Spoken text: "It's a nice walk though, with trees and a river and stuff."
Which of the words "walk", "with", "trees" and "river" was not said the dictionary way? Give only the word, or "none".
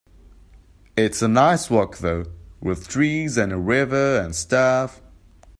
none